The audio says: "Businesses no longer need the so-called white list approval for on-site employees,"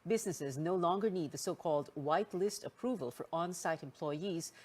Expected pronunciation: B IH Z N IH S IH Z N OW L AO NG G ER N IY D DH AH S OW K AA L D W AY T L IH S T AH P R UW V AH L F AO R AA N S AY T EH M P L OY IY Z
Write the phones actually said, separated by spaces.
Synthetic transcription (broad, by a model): B IH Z N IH S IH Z N OW L AO NG G ER N IY D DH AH S OW K AA L D W AY T L IH S T AH P R UW V AH L F AO R AA N S AY T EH M P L OY IY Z